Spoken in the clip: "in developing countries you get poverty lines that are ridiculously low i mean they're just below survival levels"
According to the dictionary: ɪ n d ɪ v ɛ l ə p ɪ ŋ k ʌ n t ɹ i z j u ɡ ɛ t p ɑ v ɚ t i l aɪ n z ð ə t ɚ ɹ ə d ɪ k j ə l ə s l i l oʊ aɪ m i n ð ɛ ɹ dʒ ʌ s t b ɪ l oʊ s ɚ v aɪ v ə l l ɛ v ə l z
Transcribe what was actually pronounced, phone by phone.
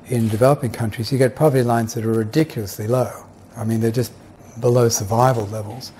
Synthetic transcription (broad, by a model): ɪ n d ɪ v ɛ l ə p ɪ ŋ k ʌ n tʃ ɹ i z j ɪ ɡ ɛ t p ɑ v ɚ t i l aɪ n z ð ə t ɚ ɹ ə d ɪ k j l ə s l i l oʊ aɪ m i n ð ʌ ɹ dʒ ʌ s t b ɪ l oʊ s ɚ v aɪ v ə l l ɛ v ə l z